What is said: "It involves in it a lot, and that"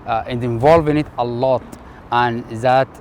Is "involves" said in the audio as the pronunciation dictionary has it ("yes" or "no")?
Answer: no